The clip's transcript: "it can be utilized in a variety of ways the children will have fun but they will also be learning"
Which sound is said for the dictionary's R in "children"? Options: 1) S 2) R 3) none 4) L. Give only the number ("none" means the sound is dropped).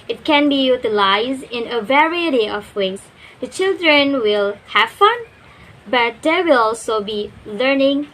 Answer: 2